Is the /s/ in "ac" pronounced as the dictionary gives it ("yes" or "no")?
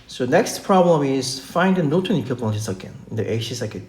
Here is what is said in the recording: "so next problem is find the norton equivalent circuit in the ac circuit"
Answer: no